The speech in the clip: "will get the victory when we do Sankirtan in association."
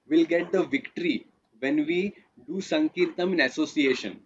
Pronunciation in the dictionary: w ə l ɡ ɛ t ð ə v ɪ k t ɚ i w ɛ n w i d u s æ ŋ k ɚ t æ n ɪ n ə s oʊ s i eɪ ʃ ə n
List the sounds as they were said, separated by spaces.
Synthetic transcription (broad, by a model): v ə l ɡ ɛ t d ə v ɪ k t ɚ i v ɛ n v i d u s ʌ ŋ k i t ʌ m ɪ n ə s oʊ s i eɪ ʃ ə n